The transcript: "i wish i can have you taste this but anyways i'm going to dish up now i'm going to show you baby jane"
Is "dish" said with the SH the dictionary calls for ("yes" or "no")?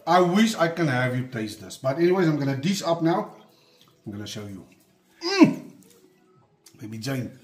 no